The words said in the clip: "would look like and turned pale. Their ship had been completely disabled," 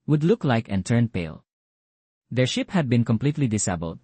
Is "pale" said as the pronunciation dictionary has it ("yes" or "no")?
yes